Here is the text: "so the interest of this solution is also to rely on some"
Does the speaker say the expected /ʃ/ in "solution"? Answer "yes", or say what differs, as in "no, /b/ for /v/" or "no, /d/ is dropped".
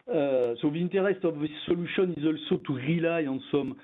no, /s/ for /ʃ/